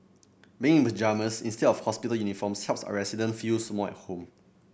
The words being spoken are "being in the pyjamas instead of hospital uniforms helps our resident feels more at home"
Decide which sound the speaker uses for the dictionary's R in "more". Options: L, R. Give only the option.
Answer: L